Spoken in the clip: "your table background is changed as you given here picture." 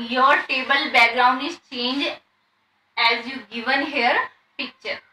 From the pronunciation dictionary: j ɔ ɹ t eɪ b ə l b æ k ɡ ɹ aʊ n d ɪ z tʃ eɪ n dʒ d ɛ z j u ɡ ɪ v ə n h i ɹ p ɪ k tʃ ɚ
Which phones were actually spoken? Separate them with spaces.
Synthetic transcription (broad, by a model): j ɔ ɹ t eɪ b ə l b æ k ɡ ɹ aʊ n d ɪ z tʃ eɪ n dʒ ɛ z j u ɡ ɪ v ə n h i ɹ p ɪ k tʃ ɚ